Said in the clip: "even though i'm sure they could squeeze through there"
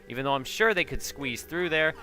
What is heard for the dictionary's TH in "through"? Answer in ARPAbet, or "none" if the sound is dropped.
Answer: TH